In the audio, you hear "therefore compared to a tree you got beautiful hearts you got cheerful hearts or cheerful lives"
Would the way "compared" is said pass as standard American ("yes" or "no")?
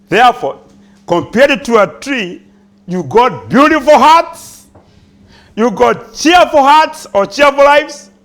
yes